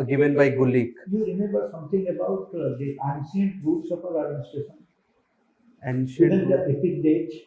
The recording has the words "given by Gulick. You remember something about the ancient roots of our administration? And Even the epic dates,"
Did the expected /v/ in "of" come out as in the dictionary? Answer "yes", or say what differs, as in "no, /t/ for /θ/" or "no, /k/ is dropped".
no, /p/ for /v/